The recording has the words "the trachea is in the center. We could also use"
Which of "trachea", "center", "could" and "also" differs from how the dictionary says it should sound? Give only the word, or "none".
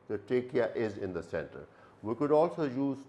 trachea